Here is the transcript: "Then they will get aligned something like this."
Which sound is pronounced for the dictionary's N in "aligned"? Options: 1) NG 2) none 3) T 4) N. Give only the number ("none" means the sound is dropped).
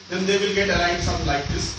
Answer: 2